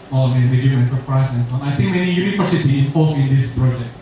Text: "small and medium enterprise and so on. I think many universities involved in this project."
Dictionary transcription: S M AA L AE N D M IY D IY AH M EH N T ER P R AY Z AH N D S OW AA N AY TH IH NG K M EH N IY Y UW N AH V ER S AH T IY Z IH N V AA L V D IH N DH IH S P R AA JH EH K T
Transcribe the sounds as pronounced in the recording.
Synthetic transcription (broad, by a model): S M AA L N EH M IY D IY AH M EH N S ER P R AY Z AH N S OW AA N AY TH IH NG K M EH N IY Y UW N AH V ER S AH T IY IH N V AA L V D IH N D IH S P R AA JH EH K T